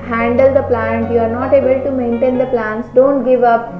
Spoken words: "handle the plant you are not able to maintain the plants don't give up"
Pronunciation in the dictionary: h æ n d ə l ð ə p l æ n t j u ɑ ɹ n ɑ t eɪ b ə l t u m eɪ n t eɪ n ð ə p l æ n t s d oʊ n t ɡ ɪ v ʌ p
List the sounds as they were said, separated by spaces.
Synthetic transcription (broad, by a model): h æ n d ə l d ə p l æ n t j u ɑ ɹ n ɑ t eɪ b ə l t u m eɪ n t eɪ n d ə p l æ n t s d oʊ n t ɡ ɪ v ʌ p